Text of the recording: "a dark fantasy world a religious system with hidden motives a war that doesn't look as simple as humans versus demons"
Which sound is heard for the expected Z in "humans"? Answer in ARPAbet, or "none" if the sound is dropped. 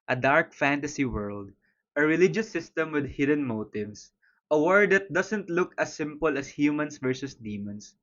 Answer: S